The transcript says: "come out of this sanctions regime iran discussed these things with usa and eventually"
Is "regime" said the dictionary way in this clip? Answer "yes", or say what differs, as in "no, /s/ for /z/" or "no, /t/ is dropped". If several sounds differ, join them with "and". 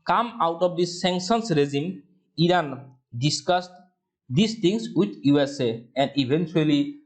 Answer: no, /z/ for /ʒ/